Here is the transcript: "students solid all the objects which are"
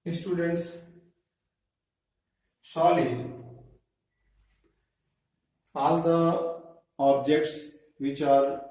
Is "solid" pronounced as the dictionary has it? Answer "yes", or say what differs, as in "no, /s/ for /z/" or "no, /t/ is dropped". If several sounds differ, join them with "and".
no, /d/ is dropped